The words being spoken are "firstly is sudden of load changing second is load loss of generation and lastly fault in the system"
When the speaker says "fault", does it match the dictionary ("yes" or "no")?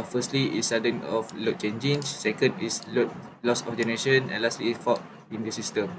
no